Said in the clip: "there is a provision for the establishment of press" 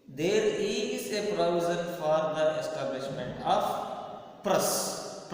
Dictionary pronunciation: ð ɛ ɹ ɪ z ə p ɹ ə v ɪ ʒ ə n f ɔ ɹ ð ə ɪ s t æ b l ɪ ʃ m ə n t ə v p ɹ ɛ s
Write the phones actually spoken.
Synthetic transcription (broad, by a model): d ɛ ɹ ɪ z ə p ɹ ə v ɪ z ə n f ɔ ɹ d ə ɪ s t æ b l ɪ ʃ m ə n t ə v p ɹ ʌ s